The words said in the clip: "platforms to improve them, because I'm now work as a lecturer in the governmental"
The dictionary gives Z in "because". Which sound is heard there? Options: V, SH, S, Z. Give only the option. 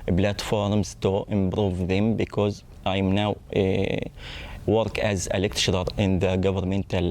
Z